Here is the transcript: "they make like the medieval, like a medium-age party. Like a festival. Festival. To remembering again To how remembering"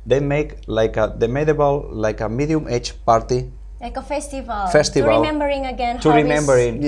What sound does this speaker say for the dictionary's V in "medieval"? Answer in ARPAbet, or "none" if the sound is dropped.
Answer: B